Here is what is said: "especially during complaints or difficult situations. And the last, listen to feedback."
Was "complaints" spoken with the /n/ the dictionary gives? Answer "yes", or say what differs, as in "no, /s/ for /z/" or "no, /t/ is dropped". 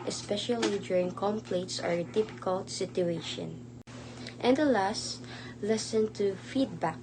no, /n/ is dropped